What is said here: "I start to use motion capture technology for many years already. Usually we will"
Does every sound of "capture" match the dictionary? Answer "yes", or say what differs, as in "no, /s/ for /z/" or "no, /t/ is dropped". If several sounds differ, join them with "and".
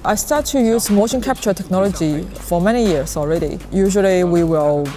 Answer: yes